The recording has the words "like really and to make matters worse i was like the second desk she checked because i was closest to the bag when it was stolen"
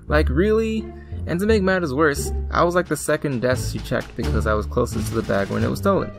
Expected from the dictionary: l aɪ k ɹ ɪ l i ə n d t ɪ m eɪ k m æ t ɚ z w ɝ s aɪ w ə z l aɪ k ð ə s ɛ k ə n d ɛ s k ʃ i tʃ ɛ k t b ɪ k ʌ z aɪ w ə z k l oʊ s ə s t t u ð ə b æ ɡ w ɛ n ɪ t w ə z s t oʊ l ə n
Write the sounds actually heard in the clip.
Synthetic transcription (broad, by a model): l aɪ k ɹ ɪ l i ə n t ɪ m eɪ k m æ t ɚ z w ɝ s aɪ w ə z l aɪ k ð ə s ɛ k ə n d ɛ s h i tʃ ɛ k t b ɪ k ʌ z aɪ w ə z k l oʊ s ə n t t u ð ə b æ ɡ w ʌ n ɪ t w ə z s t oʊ l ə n